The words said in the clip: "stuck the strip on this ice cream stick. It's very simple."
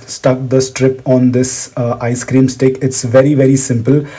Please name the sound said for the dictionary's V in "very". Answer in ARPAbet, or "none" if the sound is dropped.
V